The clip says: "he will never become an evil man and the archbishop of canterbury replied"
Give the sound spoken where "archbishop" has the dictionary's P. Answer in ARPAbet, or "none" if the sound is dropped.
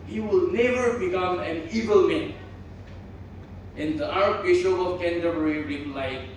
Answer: none